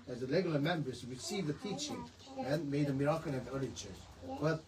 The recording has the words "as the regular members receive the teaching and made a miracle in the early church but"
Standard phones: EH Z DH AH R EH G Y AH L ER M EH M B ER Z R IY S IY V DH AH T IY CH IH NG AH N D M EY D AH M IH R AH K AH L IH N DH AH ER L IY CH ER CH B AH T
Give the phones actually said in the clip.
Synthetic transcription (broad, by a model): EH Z DH AH L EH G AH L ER M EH M B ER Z R IY S IY V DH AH T IY CH IH NG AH N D M EY D AH M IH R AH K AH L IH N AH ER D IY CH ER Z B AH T